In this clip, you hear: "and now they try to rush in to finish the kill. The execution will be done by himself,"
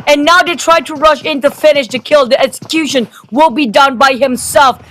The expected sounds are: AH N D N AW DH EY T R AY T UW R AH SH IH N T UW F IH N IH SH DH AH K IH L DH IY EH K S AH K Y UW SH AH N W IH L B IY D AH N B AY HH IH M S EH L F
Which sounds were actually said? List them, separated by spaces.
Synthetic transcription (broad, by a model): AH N N AW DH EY T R AY T UW R AH SH IH N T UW F IH N IH SH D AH K IH L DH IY EH K S AH K Y UW SH AH N W IH L B IY D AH N B AY HH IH M S EH L F